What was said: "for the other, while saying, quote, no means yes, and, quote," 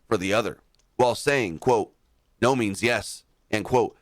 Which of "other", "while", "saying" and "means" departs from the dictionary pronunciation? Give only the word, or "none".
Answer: none